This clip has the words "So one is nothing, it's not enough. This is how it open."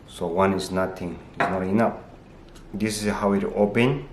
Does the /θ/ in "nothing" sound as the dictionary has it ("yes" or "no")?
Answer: no